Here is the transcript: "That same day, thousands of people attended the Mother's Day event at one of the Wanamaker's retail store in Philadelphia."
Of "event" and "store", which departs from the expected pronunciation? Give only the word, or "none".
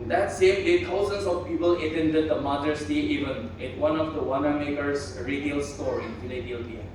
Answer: event